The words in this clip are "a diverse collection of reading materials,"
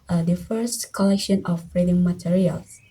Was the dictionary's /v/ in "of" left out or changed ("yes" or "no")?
yes